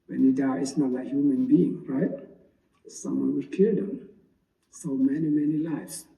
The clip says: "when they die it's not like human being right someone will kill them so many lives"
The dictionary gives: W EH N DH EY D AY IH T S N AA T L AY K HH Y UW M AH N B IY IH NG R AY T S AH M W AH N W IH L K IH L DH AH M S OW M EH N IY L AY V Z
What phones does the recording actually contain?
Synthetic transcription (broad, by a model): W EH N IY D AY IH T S N AA T L AY K HH Y UW M AH N B IY IH NG R AY T S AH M W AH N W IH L K IH L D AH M S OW M EH N IY L AY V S